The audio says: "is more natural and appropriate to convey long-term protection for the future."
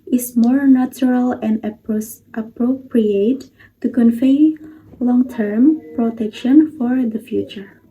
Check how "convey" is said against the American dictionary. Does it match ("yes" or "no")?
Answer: no